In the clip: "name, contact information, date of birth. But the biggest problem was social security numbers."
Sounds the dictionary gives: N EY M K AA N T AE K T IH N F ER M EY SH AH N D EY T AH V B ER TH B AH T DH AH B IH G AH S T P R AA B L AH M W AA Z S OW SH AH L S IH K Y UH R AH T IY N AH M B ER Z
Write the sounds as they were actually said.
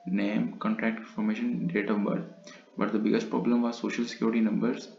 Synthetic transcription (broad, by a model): N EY M K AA N T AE K T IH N F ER M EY SH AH N D EY T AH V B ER T B AH T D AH B IH G AH S T P R AA B L AH M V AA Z S OW SH AH L S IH K Y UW R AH T IY N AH M B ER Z